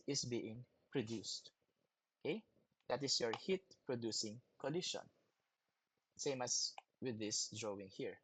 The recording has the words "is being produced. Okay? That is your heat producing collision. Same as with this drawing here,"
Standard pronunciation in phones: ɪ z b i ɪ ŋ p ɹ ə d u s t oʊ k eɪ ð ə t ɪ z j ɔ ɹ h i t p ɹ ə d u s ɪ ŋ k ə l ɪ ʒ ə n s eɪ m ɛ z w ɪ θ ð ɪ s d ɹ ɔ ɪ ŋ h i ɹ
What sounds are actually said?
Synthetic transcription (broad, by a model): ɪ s b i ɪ ŋ p ɹ ə d u s t oʊ k eɪ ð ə t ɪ s j ɔ ɹ h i t p ɹ ə d u s ɪ ŋ k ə l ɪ ʃ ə n s eɪ m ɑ s w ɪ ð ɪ s d ɹ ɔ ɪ ŋ h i ɹ